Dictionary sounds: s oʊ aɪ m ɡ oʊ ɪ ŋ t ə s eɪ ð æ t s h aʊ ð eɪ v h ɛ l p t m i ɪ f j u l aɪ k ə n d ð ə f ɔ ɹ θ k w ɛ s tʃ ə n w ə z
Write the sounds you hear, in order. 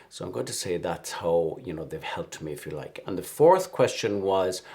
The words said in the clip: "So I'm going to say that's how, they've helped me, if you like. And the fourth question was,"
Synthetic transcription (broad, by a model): s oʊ aɪ m ɡ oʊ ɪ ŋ t ə s eɪ ð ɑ t s h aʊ ð eɪ v h ɛ l p t m i ɪ f j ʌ l aɪ k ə n ð ə f ɔ ɹ θ k w ɛ s tʃ ə n w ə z